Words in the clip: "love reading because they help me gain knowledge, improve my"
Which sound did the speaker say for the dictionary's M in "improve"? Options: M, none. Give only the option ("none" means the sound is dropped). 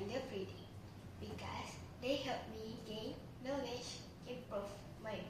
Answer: none